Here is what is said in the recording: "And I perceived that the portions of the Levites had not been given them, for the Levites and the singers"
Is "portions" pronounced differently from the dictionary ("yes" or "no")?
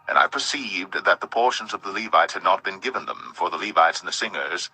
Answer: no